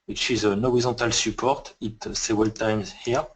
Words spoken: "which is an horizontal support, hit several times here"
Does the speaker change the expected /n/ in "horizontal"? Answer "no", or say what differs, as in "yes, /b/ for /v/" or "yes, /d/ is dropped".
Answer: yes, /n/ is dropped